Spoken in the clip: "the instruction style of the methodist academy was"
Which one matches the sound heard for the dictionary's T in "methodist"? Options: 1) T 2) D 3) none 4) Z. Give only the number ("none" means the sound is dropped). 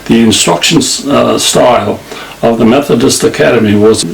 1